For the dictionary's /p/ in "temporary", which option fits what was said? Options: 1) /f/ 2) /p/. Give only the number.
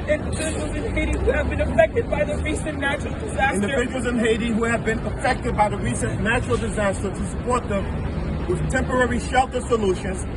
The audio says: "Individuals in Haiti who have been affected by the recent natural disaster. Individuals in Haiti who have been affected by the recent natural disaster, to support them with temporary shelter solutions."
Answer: 2